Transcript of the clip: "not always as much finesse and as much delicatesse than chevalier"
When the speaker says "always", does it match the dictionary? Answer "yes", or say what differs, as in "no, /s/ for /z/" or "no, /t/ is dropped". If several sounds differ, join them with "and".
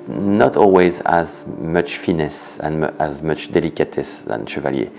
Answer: yes